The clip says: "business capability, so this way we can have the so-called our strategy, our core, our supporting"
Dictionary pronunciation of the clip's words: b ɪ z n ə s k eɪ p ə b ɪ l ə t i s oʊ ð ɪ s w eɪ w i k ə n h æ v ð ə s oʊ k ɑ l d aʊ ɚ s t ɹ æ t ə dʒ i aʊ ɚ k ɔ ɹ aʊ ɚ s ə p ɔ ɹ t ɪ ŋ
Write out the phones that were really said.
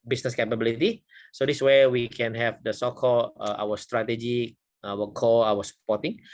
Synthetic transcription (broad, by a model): b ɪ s n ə s k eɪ p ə b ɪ l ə t i s oʊ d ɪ s w eɪ w i k ə n h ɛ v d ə s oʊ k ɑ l aʊ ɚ s t ɹ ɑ t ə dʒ i aʊ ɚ k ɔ aʊ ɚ s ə p ɔ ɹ t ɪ ŋ